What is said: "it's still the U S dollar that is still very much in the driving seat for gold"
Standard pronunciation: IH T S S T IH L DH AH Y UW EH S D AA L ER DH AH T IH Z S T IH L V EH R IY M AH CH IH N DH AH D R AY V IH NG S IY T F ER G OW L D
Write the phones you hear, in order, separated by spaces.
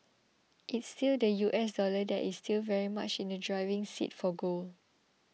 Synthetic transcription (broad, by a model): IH T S S T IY L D AH Y UW EH S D AA L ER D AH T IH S T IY L V EH R IY M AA CH IH N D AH D R AY V IH NG S IY T F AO G OW L